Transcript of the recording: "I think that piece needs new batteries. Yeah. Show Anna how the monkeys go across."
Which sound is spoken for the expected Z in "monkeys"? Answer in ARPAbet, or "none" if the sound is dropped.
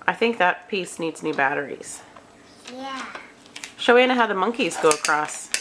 Z